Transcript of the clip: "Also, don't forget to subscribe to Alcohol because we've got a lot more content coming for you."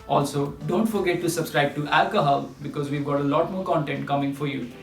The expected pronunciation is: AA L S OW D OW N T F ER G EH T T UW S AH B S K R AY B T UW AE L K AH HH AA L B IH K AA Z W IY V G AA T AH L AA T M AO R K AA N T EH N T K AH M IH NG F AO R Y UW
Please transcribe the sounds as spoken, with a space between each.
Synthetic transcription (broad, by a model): AA L S OW D OW N T F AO G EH T T UW S AH B S K R AY B T UW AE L K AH HH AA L B IH K AA Z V IY V G AA T AH L AA T M AO R K AA N T EH N T K AH M IH NG F AO R Y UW